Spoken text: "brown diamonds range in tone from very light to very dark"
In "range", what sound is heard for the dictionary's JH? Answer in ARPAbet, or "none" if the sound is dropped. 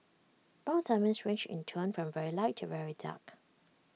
CH